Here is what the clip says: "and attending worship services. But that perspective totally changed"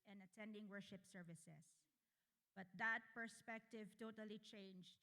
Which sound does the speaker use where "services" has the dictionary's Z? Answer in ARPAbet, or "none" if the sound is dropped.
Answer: S